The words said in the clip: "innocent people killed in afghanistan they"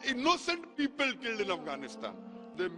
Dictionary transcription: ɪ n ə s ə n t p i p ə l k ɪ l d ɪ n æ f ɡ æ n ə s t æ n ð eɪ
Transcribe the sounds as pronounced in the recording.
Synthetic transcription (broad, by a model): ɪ n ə s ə n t p i p ə l k ɪ l d ɪ n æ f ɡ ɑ n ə s t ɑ n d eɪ